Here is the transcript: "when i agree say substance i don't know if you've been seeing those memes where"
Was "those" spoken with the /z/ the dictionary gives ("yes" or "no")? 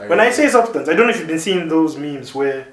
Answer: yes